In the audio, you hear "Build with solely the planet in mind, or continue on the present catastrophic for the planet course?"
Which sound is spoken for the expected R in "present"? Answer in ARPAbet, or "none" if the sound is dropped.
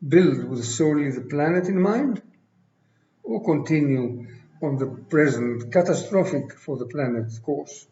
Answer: R